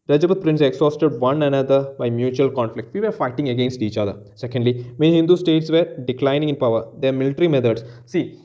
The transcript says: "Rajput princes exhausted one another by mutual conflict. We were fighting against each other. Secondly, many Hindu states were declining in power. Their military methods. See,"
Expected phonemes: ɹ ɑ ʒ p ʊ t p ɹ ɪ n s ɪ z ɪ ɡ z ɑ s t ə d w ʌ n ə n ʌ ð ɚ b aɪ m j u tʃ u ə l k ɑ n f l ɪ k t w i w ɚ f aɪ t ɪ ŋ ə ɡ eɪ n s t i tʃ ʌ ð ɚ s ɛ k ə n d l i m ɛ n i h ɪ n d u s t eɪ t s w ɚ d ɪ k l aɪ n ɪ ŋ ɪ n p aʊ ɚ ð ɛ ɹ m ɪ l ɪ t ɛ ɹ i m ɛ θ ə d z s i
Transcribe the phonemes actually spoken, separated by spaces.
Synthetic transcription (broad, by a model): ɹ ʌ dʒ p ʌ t p ɹ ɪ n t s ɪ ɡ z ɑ s t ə d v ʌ n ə n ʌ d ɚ b aɪ m j u tʃ u ə l k ɑ n f l ɪ k t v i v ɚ f aɪ t ɪ ŋ ə ɡ eɪ n s t i tʃ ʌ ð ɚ s ɛ k ə n d l i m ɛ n h ɪ n d u s t eɪ t s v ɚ d ɪ k l aɪ n ɪ ŋ ɪ n p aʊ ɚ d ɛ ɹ m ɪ l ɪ t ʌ ɹ i m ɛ t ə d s s i